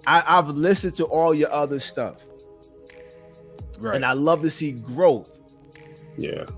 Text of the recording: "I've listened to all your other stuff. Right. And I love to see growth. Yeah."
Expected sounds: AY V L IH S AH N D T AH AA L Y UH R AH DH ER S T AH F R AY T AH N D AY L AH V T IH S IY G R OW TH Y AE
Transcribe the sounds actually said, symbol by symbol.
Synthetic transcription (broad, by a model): AY V L IH S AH N T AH AA L Y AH R AH DH ER S T AH F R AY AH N AY L AH V T IH S IY G R OW TH Y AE